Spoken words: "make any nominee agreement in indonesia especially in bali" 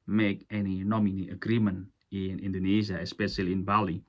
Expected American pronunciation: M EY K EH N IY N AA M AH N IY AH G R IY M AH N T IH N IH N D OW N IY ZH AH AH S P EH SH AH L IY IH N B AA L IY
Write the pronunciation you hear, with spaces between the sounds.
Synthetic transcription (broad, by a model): M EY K EH N IY N AA M AH N IY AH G R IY M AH N IH N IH N D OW N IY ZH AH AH S P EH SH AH L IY IH N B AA L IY